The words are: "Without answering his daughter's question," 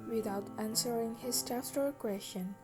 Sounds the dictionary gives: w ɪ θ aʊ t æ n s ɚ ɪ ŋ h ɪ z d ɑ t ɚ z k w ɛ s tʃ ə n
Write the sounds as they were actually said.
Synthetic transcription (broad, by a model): w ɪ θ aʊ t æ n s ɚ ɪ ŋ h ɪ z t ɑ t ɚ k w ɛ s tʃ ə n